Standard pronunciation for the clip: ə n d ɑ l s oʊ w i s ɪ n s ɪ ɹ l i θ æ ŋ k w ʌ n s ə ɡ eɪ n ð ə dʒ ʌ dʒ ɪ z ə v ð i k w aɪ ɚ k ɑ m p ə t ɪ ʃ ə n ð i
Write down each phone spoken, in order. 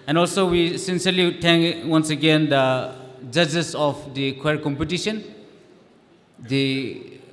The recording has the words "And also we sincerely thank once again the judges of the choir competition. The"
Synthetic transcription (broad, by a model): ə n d ɑ l s oʊ w i s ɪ n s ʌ ɹ l i t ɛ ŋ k w ʌ n s ə ɡ eɪ n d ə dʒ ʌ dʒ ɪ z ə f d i k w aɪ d k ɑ m p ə t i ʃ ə n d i